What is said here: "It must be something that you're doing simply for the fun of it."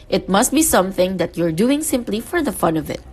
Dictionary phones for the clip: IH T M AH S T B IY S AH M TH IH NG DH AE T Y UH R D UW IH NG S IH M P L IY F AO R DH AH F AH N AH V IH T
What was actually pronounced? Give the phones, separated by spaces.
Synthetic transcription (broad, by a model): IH T M AH S T B IY S AH M TH IH NG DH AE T Y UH R D UW IH NG S IH M P L IY F AO R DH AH F AH N AH V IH T